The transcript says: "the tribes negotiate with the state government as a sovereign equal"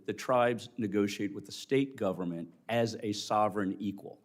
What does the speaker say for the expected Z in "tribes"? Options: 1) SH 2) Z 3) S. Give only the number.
2